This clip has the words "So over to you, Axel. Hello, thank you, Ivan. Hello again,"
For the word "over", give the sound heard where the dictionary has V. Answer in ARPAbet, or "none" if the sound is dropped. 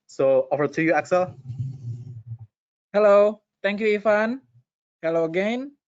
F